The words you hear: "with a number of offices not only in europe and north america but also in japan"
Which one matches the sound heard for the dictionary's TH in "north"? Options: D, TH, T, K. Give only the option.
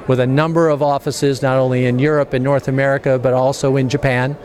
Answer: TH